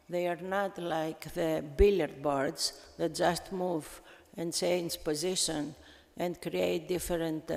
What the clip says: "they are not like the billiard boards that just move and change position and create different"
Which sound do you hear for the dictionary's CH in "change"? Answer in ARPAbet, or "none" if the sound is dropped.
S